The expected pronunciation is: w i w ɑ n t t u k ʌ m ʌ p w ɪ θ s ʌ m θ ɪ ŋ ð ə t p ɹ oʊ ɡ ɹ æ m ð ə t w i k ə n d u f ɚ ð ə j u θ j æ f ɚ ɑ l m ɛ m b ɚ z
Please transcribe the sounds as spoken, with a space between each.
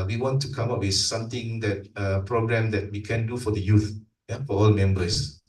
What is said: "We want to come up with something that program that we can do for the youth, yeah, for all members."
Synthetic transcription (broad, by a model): w i w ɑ n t t u k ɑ m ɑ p w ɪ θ s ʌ m t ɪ ŋ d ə t p ɹ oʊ ɡ ɹ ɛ m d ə t w i k ə n d u f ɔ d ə j u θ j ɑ f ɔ ɑ l m ɛ m b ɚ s